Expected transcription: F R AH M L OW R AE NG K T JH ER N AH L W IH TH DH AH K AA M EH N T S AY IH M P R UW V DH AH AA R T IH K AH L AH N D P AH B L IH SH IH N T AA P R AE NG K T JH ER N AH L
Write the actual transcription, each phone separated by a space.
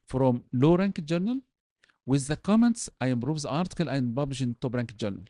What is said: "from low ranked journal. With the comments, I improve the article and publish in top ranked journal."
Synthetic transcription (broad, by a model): F R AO M L OW R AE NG K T JH ER N AH L W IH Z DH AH K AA M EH N T S AY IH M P R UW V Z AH AA R T IH K AH L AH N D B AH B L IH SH IH N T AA B R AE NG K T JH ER N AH L